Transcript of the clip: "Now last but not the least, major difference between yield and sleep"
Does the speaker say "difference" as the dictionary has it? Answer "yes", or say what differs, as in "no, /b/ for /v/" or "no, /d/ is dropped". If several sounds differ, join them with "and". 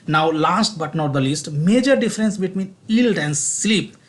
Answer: yes